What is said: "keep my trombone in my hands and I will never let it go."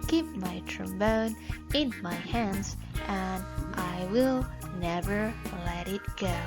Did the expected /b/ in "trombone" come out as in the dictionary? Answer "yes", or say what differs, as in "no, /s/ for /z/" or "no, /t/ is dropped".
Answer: yes